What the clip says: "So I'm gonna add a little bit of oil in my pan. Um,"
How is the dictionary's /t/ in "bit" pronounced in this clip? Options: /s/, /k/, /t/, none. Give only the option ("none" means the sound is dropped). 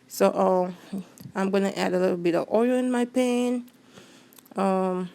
/t/